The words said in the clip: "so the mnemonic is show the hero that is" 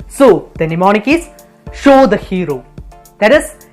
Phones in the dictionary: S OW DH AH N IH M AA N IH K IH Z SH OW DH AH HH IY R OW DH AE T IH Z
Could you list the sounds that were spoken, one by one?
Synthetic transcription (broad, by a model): S OW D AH N IH M AA N IH K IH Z SH OW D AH HH IY R OW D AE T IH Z